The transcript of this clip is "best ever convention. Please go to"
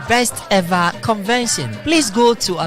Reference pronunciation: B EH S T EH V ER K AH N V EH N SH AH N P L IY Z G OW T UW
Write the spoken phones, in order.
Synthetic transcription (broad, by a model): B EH S T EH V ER K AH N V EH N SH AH N P L IY S G OW T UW